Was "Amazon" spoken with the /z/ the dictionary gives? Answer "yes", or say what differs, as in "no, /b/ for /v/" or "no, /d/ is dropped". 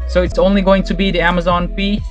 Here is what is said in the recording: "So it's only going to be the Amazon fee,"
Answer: yes